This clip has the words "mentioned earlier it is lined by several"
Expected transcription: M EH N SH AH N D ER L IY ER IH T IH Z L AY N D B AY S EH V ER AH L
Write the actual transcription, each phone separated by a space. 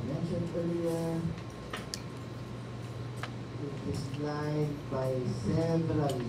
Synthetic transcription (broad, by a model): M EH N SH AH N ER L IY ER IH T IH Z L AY D B AY S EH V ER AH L